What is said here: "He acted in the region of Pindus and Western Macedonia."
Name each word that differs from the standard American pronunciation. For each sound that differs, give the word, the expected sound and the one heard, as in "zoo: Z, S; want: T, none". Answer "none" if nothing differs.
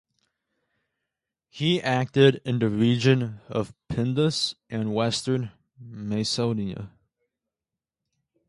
macedonia: S, none